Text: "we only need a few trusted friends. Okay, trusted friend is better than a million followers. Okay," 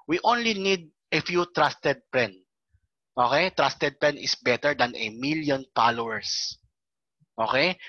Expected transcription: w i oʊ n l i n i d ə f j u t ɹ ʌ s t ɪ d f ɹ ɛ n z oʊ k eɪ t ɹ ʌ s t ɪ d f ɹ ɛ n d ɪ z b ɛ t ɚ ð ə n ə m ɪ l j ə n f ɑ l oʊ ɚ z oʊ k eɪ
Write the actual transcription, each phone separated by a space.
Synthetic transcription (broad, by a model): w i oʊ n l i n i d ə f j u t ɹ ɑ s t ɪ d p ɹ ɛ n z oʊ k eɪ t ɹ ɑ s t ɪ d p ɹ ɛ n ɪ s b ɛ t ɚ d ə n ə m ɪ l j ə n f ɑ l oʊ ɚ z oʊ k eɪ